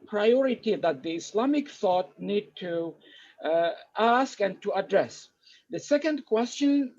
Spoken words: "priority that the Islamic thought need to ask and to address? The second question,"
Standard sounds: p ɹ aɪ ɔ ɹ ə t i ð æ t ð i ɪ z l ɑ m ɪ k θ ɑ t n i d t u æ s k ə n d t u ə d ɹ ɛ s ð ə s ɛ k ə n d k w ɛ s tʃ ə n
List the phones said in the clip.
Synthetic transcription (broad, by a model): p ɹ aɪ ɔ ɹ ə t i ð æ t ð i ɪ s l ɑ m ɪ k θ ɑ t n i d t u æ s k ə n t u ə d ɹ ɛ s ð ə s ɛ k ə n d k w ɛ s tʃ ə n